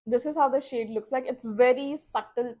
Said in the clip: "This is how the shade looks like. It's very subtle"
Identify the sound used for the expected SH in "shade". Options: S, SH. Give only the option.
SH